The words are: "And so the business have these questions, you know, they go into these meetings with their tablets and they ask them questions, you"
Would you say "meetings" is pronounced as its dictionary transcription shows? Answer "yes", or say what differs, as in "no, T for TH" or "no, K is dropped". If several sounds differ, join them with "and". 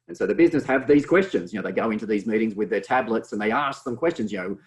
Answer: yes